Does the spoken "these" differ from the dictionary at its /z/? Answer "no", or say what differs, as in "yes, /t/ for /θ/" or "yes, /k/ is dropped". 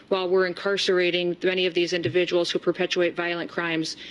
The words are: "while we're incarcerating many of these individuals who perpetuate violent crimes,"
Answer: no